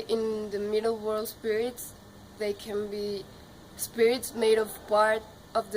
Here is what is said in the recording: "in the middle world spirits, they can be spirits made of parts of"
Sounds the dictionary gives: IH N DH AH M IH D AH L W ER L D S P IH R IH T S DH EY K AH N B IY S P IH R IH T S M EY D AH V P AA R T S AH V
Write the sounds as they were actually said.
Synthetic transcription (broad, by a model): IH N DH AH M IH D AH L W ER L D S P IH R IH T S DH EY K AH N B IY S P IH R IH T S M EY D AH V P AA R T AH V